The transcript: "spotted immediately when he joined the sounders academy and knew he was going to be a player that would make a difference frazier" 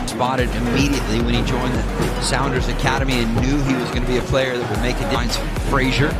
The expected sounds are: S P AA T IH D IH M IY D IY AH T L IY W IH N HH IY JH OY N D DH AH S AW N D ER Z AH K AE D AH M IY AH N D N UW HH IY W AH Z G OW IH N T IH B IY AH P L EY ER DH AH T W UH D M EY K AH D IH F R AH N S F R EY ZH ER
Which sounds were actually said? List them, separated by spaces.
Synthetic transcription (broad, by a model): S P AA T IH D IH M IY D IY AH T L IY W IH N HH IY JH OY N DH AH S AW N D ER Z AH K AE D AH M IY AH N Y UW IY W AH Z G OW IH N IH B IY AH P L EY ER DH AH T W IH D M EY K AH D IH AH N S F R EY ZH ER